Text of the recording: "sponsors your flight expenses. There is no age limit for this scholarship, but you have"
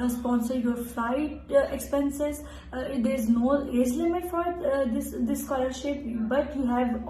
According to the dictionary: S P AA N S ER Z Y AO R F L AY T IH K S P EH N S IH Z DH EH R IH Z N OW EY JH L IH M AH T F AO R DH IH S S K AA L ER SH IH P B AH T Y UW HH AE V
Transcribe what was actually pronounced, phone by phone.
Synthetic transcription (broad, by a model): S P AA N S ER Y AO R F L AY T IH K S P EH N S IH Z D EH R IH Z N OW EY Z L IH M AH T F AO R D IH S S K AA L ER SH IH P B AH T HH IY HH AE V